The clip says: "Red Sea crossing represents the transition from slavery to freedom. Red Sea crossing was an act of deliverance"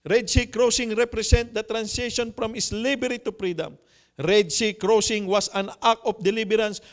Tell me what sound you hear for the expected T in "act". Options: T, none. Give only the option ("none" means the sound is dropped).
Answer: none